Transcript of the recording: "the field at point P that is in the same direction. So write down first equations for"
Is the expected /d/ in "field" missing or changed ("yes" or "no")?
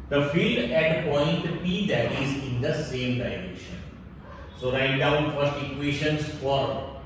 no